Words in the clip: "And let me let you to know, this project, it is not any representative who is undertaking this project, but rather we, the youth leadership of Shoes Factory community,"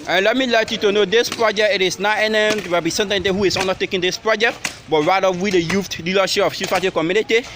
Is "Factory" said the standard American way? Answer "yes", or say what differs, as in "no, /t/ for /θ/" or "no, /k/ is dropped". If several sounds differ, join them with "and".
no, /k/ is dropped